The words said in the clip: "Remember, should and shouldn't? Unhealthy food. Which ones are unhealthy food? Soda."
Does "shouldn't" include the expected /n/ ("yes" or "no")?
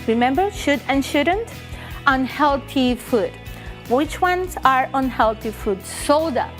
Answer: yes